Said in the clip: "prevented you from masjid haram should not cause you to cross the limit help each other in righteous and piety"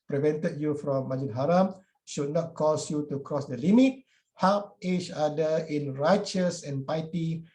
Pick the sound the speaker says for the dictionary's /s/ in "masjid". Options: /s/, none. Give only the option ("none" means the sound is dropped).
none